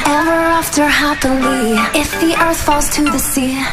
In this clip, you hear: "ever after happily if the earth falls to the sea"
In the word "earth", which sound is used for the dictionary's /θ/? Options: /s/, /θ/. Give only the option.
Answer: /θ/